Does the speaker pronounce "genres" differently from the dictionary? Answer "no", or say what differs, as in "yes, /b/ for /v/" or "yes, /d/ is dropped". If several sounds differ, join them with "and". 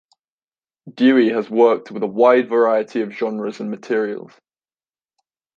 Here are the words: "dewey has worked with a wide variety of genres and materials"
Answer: no